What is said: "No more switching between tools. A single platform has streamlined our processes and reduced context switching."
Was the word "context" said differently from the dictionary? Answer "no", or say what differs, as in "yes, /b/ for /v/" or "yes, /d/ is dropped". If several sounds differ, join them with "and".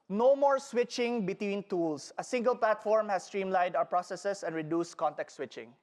yes, /s/ is dropped